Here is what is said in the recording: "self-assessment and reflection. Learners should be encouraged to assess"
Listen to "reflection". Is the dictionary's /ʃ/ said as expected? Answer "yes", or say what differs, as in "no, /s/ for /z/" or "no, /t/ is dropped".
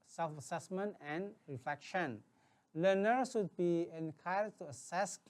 yes